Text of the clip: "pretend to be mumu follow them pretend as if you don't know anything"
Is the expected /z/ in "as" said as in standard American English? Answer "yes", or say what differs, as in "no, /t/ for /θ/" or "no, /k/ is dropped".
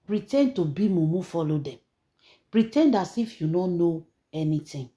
no, /s/ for /z/